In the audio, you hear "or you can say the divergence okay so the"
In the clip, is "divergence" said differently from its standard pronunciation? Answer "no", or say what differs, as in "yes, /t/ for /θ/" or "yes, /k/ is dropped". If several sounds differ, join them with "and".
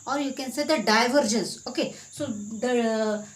no